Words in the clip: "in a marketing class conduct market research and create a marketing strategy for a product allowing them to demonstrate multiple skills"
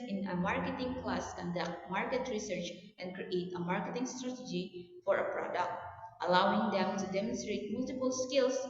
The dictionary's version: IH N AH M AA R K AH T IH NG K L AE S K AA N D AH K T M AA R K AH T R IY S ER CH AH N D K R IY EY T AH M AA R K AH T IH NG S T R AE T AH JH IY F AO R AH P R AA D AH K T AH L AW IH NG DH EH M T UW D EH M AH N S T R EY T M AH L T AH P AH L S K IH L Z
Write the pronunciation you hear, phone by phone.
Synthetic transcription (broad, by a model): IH N AH M AA R K AH T IH NG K L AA S K AA N D AH K T M AA R K AH T R IY S ER CH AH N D K R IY EY T AH M AA R K AH T IH NG S T R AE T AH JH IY F AO R AH P R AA D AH K T AH L AW IH NG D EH M T UW D EH M AH N S T R EY T M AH L T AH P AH L S K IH L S